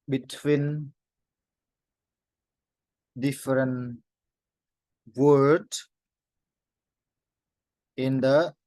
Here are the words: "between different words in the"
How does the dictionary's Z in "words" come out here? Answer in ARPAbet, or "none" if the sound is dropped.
none